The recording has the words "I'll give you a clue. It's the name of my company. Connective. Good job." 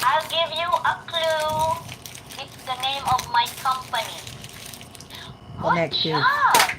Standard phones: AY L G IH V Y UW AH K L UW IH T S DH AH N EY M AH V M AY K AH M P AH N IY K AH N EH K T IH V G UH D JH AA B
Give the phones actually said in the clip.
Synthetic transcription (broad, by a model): AY L G IH V Y UW AH K L UW IH T S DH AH N EY M AH V M AY K AH M P AH N IY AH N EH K S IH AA